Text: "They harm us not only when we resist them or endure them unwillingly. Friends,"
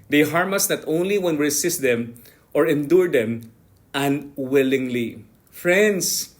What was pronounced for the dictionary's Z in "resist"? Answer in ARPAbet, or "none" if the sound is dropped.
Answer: S